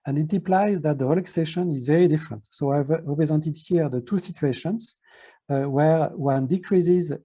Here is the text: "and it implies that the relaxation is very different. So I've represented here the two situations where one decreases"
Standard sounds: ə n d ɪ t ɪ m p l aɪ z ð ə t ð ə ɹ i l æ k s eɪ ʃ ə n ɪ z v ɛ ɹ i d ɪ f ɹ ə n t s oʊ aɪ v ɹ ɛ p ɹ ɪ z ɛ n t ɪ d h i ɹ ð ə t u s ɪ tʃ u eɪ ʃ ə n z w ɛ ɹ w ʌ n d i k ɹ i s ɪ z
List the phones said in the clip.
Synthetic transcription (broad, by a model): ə n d ɪ t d p l aɪ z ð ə t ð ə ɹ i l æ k s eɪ ʃ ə n ɪ z v ɛ ɹ i d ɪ f ɹ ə n t s oʊ aɪ v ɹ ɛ p ɹ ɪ z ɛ n t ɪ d h i ɹ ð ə t u s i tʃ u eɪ ʃ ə n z w ɛ ɹ w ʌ n d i k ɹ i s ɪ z